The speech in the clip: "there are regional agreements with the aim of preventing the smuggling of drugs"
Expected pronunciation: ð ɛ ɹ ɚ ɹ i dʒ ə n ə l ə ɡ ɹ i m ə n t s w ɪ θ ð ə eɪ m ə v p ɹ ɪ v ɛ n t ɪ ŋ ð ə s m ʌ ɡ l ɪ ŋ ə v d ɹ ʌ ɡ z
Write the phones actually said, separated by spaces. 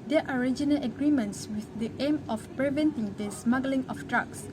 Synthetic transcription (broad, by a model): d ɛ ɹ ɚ ɹ i dʒ ə n ə l ə ɡ ɹ i m ə n t s w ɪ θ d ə eɪ m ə f p ɹ ɪ v ɛ n t ɪ ŋ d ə s m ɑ ɡ l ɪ ŋ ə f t ɹ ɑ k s